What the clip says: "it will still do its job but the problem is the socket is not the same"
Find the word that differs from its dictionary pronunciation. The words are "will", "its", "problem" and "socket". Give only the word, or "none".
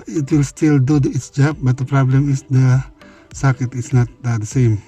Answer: none